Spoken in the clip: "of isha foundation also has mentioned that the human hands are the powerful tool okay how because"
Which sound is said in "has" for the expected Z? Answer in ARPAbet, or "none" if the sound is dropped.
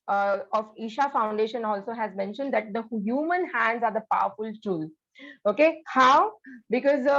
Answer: Z